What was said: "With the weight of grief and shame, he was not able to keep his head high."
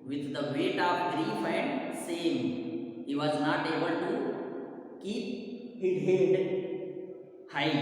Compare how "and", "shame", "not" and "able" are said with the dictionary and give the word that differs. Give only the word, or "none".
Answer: shame